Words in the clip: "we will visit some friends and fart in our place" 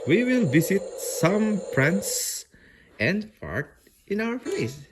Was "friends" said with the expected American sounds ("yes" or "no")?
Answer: no